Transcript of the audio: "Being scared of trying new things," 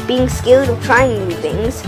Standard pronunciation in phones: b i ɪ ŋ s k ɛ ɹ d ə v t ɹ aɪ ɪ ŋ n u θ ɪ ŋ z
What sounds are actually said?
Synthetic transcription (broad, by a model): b i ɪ ŋ s k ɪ l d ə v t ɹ aɪ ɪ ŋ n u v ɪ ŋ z